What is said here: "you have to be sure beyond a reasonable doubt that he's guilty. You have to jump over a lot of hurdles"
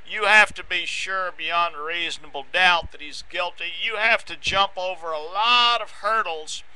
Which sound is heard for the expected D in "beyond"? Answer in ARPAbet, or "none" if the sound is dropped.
D